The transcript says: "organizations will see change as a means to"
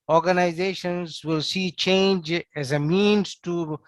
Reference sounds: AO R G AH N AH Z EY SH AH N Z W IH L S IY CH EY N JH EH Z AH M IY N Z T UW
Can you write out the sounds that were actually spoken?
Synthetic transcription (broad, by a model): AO R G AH N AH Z EY SH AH N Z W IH L S IY CH EY N JH EH Z AH M IY N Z T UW